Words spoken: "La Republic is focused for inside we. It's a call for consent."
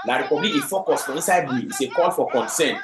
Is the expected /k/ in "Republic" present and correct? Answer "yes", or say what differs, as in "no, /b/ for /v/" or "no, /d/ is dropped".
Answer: no, /k/ is dropped